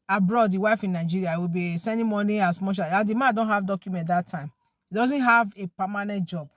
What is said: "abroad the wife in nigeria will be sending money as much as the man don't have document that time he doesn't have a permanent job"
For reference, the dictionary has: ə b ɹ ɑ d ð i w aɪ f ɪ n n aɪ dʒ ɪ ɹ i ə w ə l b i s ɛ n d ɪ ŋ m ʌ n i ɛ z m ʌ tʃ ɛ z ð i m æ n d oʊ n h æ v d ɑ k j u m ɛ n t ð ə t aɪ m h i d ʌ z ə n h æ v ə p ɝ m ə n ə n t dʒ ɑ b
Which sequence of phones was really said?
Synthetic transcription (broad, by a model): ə b ɹ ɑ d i w aɪ f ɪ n n aɪ dʒ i ɹ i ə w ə b i s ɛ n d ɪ m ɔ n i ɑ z m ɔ ʃ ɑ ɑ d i m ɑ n d oʊ n h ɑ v d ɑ k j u m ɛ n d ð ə t aɪ m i d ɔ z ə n h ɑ v ə p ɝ m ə n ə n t dʒ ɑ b